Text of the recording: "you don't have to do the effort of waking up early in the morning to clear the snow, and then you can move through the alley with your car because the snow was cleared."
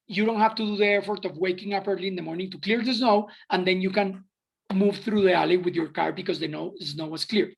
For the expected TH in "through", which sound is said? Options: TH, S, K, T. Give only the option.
TH